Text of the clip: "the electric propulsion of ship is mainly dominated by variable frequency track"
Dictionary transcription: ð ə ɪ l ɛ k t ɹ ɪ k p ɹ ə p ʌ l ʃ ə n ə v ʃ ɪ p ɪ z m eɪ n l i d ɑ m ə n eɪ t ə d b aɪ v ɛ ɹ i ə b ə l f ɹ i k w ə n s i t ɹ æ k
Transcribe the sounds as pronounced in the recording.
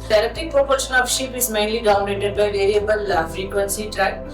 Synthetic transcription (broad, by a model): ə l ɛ t ɪ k p ɹ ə p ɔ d ʃ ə n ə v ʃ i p ɪ z m eɪ n l i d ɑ ə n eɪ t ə d b aɪ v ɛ ɹ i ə b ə l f ɹ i k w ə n s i t ɹ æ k